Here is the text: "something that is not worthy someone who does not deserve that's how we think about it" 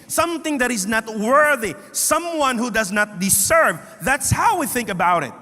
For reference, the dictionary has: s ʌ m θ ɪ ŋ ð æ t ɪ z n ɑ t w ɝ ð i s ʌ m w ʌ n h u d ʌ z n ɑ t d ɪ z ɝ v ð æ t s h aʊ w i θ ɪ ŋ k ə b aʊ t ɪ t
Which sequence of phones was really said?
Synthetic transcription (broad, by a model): s ʌ m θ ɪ ŋ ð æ t ɪ z n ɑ t w ɝ ð i s ʌ m w ʌ n h u d ʌ z n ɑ t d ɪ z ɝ v ð æ t s h aʊ w i θ ɪ ŋ k ə b aʊ t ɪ t